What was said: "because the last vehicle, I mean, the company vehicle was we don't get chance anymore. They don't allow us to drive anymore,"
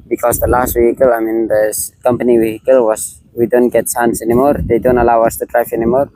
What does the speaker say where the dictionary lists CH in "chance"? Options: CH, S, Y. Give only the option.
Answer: S